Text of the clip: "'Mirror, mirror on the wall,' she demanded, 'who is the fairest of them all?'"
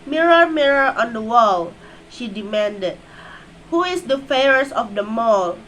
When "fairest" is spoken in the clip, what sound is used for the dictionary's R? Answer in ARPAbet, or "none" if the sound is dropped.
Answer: none